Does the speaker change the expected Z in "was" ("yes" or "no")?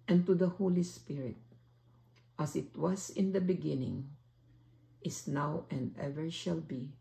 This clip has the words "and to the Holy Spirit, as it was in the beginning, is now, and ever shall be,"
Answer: yes